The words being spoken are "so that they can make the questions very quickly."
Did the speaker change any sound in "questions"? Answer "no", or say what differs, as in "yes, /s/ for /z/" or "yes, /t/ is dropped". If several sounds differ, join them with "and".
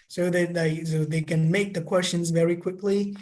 no